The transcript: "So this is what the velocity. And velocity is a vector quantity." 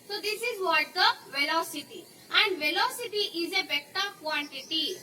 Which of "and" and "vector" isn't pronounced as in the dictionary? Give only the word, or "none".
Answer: vector